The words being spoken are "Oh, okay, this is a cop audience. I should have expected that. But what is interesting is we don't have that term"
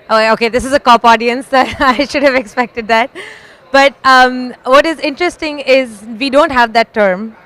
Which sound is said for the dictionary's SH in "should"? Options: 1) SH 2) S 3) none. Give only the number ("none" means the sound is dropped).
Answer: 1